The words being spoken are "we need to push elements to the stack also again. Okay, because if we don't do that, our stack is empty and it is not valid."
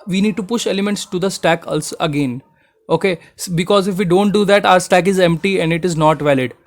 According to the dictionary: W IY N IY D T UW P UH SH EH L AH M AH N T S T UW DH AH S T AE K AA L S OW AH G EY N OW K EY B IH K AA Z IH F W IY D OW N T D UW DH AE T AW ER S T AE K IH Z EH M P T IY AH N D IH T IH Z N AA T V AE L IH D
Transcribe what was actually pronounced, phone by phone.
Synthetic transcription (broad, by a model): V IY N IY D T UW P UH SH EH L AH M AH N T S T UW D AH S T AE K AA L S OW AH G EY N OW K EY B IH K AA Z IH F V IY D OW N T D UW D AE T AW ER S T AE K IH Z EH M P T IY AH N D IH T IH Z N AA T V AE L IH D